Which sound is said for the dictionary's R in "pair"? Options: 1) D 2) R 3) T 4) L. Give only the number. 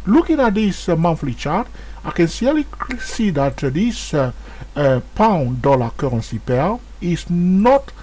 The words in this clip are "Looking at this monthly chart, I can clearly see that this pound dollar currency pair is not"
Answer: 4